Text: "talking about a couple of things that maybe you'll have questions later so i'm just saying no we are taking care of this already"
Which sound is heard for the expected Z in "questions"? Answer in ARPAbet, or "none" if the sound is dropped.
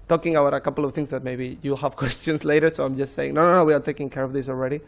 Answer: S